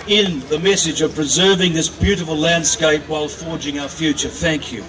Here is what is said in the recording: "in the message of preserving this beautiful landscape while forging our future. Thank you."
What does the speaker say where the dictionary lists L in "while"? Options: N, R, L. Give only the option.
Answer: L